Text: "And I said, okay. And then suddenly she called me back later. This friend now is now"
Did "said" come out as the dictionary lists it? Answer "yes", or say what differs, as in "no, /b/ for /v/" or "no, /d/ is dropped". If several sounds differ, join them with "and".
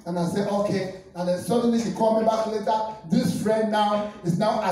no, /d/ is dropped